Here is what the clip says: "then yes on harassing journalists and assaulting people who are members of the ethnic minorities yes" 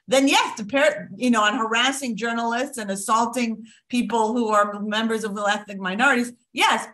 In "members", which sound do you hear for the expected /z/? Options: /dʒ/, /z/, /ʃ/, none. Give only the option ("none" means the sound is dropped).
/z/